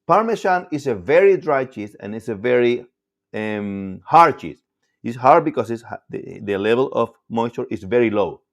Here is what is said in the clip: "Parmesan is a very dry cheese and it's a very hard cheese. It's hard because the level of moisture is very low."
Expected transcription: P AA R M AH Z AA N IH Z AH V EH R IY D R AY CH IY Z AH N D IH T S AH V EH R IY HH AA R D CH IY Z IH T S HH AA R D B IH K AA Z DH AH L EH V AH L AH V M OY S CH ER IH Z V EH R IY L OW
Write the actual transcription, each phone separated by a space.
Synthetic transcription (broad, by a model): P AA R M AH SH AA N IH S AH V EH R IY D R AY CH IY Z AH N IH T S AH V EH R IY HH AA R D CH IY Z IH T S HH AA R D B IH K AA S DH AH L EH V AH L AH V M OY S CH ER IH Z V EH R IY L OW